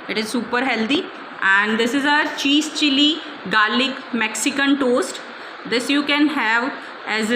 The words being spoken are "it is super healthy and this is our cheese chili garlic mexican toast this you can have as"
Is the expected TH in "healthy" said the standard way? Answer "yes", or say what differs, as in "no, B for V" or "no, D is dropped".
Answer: no, T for TH